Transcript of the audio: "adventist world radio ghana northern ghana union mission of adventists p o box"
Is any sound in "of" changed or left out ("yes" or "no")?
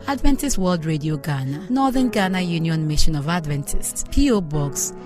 no